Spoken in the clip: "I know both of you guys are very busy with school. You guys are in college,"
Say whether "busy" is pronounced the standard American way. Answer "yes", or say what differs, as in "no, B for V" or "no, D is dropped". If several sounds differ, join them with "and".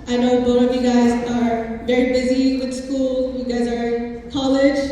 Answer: yes